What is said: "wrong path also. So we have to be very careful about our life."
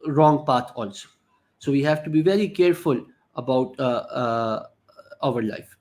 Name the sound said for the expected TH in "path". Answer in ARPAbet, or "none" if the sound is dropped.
T